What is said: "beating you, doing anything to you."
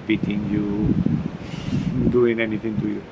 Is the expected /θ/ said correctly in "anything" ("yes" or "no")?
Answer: no